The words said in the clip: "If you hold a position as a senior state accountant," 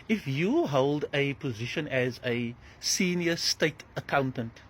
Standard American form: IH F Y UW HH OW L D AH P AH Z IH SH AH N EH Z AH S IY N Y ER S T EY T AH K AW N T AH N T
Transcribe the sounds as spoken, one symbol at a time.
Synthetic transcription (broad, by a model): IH F Y UW HH OW L D AH P AH Z IH SH AH N EH Z AH S IY N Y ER S T EY T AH K AW N T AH N T